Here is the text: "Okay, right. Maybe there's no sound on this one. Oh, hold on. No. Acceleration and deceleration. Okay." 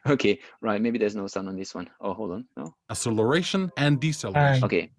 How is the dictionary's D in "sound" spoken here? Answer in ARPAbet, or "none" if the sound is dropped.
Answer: none